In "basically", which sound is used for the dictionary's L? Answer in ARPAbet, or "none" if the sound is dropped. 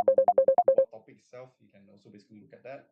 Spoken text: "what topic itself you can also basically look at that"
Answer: none